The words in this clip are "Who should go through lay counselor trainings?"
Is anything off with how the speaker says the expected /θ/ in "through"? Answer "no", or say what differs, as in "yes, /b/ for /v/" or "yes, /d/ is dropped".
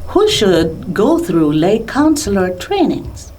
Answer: no